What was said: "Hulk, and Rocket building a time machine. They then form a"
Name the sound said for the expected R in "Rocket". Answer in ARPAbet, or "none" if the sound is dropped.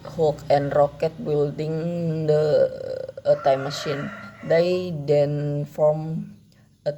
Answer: R